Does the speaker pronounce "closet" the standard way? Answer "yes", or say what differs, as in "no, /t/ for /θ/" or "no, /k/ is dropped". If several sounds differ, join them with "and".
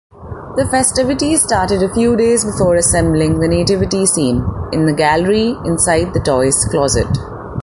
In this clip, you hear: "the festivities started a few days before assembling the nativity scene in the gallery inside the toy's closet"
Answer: yes